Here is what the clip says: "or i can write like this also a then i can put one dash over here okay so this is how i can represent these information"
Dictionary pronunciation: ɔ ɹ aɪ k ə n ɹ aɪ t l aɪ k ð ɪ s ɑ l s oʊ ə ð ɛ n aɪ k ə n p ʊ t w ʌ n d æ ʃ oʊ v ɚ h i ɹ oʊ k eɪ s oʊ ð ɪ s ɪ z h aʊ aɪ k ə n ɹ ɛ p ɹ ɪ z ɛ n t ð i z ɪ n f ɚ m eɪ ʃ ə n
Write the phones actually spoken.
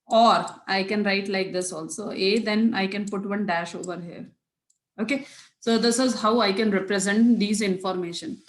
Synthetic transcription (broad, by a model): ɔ ɹ aɪ k ə n ɹ aɪ t l aɪ k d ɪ s ɑ l s oʊ ə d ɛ n aɪ k ə n p ʊ t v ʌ n d æ ʃ oʊ v ɚ h i ɹ oʊ k eɪ s oʊ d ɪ s ɪ z h aʊ aɪ k ə n ɹ ɛ p ɹ ɪ z ɛ n t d i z ɪ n f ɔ m eɪ ʃ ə n